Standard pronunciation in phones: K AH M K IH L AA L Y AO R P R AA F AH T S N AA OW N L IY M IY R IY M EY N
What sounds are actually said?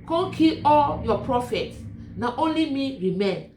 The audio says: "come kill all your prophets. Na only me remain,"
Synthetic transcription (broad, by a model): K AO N K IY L AA L Y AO P R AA F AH T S N AA OW N L IY M IY R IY M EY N